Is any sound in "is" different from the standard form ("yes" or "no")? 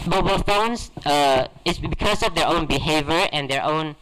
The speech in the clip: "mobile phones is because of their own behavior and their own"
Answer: yes